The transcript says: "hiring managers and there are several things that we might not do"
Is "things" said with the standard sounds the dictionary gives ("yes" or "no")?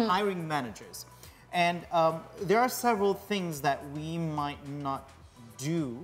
yes